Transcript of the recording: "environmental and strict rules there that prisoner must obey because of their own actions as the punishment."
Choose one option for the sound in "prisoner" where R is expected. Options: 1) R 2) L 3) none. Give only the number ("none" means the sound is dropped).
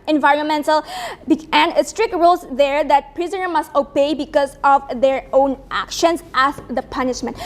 1